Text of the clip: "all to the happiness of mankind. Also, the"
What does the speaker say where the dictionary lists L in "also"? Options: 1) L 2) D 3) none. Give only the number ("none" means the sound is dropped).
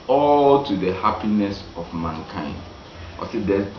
3